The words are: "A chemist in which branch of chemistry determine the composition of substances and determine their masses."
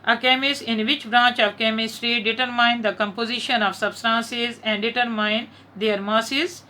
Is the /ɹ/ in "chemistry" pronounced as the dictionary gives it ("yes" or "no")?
yes